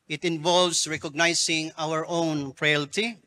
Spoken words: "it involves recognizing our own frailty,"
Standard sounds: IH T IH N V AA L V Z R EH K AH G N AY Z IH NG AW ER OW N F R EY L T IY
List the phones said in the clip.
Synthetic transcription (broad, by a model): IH T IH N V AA L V S R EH K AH G N AY S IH NG AW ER OW N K R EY L T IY